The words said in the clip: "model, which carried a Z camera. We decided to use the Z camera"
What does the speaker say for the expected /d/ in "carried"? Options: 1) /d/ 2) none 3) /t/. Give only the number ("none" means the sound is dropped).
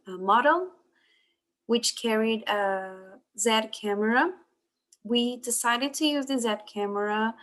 1